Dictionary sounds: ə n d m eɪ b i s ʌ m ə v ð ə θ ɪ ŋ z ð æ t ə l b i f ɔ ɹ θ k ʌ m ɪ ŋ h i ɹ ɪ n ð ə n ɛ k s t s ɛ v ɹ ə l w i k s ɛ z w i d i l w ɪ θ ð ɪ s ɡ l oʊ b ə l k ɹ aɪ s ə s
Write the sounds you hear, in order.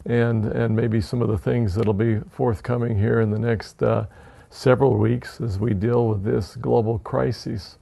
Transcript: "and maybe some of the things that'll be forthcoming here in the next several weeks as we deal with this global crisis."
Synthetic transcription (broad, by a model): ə n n m eɪ b i s ʌ m ə v ð ə θ ɪ ŋ z ð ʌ t l b i f ɔ ɹ θ k ʌ m ɪ ŋ h i ɹ ɪ n ð ə n ɛ k s t s ɛ v ɹ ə l w i k s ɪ z w i d i l w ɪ ð ɪ s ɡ l oʊ b l k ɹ aɪ s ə s